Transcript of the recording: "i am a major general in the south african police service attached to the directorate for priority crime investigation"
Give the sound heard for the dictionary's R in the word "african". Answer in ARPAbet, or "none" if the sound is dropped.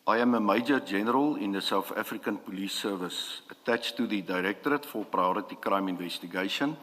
R